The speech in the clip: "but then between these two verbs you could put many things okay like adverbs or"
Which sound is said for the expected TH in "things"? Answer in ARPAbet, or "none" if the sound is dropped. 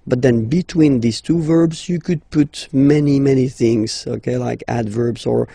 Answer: TH